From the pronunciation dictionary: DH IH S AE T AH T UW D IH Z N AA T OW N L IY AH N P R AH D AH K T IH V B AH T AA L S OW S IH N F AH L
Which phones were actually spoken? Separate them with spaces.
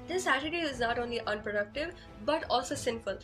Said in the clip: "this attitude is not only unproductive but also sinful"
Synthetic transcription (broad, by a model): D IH S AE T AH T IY IH Z N AA T OW N L IY AH N P R AH D AH K T IH V B AH T AA L S OW S IH N F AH L